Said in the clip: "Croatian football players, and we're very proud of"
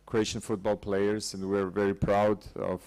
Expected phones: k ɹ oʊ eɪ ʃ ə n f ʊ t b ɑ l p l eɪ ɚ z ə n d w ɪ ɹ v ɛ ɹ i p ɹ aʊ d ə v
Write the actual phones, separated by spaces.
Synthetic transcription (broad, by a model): k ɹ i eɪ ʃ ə n f ʊ t b ɑ l p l eɪ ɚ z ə n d w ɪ ɹ v ɛ ɹ i p ɹ aʊ d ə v